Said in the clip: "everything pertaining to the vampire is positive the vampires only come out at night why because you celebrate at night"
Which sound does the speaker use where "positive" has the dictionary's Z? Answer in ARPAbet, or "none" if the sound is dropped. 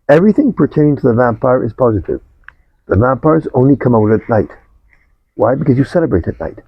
Z